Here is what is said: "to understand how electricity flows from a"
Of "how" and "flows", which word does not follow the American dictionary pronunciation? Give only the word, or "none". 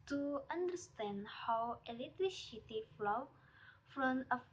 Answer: flows